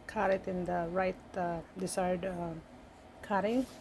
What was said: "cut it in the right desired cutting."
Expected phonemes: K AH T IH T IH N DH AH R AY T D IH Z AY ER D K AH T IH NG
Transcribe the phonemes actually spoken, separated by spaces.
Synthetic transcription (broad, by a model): K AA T IH T IH N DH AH R AY T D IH S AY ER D K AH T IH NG